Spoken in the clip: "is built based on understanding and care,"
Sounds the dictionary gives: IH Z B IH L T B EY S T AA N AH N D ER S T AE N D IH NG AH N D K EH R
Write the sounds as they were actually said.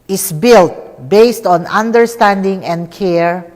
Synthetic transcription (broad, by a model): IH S B IH L T B EY S T AA N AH N D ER S T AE N D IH NG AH N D K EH R